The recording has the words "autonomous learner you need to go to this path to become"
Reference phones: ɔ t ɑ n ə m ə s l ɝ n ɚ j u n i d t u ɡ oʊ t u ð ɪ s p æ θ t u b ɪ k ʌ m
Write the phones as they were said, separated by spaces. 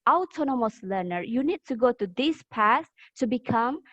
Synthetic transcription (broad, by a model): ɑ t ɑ n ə m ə s l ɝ n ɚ j u n i d t u ɡ oʊ t u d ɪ s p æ s t u b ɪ k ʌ m